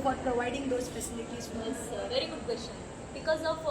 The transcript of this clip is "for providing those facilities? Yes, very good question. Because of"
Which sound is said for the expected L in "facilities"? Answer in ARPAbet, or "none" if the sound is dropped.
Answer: N